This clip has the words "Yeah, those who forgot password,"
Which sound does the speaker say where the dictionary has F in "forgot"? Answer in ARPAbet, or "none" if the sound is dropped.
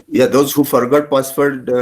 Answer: F